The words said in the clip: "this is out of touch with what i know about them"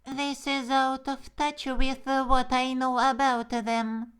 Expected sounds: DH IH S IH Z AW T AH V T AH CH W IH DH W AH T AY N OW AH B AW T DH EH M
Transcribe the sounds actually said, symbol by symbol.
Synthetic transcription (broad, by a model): DH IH S IH Z AW T AH V T AH CH W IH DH W AH T AY N OW AH B AW T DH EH M